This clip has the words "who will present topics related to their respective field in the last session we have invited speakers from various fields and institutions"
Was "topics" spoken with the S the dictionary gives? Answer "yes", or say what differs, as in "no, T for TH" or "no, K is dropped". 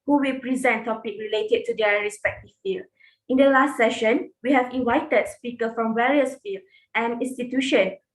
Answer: no, S is dropped